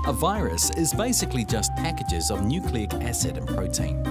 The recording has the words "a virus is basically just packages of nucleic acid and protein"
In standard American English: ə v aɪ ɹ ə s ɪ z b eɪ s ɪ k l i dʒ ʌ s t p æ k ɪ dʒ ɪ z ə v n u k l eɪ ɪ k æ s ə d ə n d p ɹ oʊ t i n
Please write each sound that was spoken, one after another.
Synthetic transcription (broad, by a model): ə v aɪ ɹ ə s ɪ z b eɪ s ɪ k l i dʒ ʌ s p æ k ɪ dʒ ɪ z ə v n u k l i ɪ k æ s ə d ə n p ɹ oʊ t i n